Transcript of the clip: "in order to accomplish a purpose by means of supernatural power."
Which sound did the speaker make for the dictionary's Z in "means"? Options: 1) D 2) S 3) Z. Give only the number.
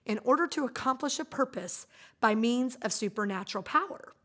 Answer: 3